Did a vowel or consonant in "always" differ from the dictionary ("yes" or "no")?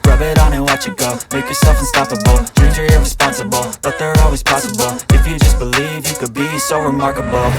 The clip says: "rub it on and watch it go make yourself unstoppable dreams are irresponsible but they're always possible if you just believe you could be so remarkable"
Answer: no